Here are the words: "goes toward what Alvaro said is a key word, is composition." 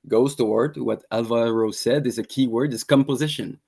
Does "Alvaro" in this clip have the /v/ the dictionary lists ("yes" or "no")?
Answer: yes